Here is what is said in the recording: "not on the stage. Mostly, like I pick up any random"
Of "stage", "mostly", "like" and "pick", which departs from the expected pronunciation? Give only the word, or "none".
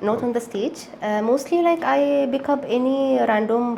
pick